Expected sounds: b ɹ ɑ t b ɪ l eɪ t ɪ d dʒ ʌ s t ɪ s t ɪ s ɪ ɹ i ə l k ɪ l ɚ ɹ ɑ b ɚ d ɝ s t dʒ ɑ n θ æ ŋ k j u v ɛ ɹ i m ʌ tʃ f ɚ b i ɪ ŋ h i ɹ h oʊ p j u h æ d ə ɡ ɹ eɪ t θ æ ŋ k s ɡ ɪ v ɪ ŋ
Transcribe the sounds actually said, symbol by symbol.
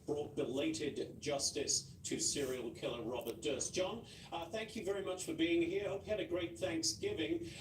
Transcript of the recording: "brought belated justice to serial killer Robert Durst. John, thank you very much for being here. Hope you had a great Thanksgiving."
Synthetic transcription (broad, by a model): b ɹ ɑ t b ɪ l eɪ t ɪ d dʒ ʌ s t ɪ s t ɪ s ɪ ɹ i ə l k ɪ l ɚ ɹ ɑ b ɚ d ɝ s dʒ ɑ n θ æ ŋ k j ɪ v ɛ ɹ i m ʌ tʃ f ɚ b i ɪ ŋ h i ɹ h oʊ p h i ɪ d ə ɡ ɹ eɪ t θ æ ŋ k s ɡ ɪ v ɪ ŋ